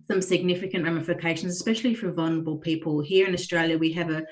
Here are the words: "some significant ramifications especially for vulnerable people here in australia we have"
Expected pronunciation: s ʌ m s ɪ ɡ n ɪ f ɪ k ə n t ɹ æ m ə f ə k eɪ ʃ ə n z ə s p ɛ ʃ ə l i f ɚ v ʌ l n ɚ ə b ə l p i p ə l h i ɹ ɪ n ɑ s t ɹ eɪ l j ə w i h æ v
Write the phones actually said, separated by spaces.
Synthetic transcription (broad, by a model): s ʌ m s ɪ ɡ n ɪ f ɪ k ə n t ɹ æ m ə f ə k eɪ ʃ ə n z ə s p ɛ ʃ ə l i f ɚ v ʌ l n ɚ ə b ə l p i p ə l h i ɹ ɪ n ɑ s t ɹ eɪ l j ə w i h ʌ v